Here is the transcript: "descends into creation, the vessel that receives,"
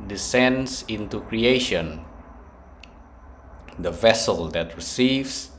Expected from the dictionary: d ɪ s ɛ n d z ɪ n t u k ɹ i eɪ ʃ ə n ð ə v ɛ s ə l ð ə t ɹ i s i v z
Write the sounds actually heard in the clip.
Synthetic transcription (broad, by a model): d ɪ s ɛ n d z ɪ n t u k ɹ i eɪ ʃ ə n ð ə v ɛ s ə l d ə t ɹ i s i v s